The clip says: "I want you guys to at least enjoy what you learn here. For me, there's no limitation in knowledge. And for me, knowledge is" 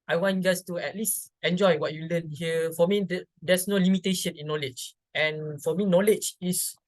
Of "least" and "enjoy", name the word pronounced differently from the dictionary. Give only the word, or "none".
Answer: none